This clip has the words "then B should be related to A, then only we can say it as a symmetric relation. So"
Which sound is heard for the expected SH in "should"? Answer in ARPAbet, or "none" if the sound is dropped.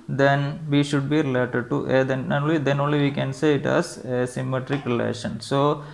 SH